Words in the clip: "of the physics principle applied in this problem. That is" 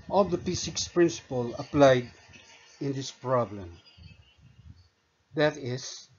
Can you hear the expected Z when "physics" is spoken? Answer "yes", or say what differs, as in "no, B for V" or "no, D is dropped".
no, S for Z